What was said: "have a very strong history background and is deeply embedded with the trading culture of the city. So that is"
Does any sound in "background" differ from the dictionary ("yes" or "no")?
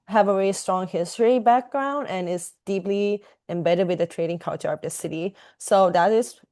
no